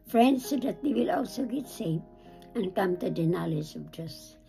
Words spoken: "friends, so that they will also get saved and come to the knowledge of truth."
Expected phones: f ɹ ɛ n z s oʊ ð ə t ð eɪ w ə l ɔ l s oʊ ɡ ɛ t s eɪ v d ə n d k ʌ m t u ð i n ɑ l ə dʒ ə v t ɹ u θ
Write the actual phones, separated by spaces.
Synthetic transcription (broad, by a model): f ɹ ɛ n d s oʊ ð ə t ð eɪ w ə l ɔ l s oʊ ɡ ɛ t s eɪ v ə n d k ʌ m t u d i n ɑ l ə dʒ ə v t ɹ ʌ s